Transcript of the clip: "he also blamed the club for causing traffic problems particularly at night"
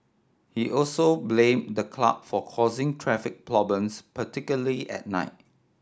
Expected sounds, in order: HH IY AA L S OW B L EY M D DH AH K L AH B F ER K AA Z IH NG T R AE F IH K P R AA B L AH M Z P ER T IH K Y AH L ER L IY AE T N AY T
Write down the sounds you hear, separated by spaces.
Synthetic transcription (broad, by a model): HH IY AA L S OW B L EY M D AH K L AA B F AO K AA Z IH NG T R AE F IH K P L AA B AH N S P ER T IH K Y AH L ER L IY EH T N AY T